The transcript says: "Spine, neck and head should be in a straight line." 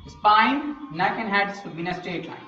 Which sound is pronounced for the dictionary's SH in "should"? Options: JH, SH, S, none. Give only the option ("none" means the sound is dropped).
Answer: S